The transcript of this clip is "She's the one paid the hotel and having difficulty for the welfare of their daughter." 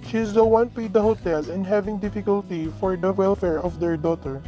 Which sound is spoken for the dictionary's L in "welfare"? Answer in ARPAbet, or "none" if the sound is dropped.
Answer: L